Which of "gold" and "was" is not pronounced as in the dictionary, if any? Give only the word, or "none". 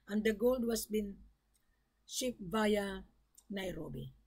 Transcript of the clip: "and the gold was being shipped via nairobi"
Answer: was